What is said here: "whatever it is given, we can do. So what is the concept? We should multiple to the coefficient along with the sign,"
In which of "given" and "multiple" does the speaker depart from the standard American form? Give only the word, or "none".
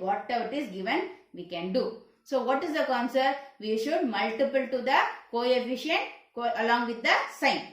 none